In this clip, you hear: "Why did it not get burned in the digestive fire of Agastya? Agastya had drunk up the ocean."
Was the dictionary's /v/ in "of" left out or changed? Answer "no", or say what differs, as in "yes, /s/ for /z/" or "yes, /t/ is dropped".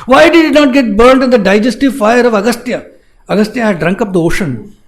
no